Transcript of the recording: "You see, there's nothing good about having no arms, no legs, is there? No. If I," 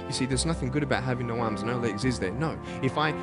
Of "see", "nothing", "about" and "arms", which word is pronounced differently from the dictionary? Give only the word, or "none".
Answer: none